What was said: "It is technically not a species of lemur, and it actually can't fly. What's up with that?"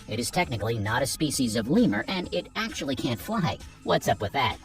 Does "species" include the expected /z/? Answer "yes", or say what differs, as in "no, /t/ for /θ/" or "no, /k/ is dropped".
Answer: yes